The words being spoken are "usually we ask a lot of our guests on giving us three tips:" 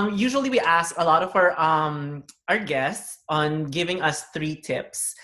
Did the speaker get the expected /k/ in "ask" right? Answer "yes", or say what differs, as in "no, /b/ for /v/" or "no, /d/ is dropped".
yes